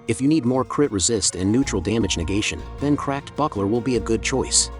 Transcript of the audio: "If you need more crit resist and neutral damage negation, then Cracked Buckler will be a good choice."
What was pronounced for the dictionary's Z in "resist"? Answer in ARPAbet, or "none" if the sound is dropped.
Z